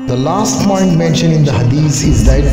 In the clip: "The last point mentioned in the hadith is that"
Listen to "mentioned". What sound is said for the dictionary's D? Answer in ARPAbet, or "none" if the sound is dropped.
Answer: none